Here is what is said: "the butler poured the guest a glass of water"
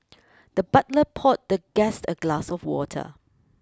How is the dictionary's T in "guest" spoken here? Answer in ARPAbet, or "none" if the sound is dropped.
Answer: T